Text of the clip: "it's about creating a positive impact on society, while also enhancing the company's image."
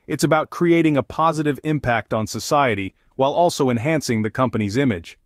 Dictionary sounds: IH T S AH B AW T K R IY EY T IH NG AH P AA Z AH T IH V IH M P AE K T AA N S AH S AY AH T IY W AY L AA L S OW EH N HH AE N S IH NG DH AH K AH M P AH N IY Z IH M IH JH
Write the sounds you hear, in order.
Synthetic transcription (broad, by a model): IH T S AH B AW T K R IY EY T IH NG AH P AA Z AH T IH V IH M P AE K T N S AH S AY AH T IY W AY L AA L S OW EH N HH AE N S IH NG DH AH K AH M P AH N IY Z IH M IH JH